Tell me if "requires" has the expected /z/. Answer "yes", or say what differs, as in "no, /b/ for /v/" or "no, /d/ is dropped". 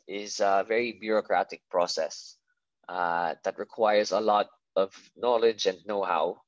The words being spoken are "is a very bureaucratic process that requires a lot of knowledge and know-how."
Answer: yes